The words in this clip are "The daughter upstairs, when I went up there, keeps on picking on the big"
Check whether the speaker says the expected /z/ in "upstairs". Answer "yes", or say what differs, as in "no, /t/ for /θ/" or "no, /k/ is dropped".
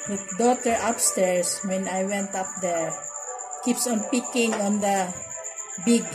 no, /s/ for /z/